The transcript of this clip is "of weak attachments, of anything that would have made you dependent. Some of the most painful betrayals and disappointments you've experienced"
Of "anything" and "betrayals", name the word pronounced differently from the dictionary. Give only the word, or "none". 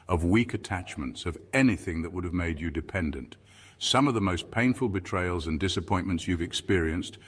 none